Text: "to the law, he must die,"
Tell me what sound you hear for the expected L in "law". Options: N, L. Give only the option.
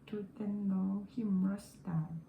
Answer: N